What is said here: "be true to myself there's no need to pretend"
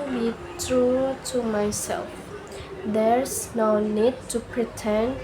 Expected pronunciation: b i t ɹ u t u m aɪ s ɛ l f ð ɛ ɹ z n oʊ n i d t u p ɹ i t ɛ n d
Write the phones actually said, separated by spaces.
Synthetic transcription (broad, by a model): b i t ɹ u t u m aɪ s ɛ l f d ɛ ɹ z n oʊ n i d t u p ɹ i t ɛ n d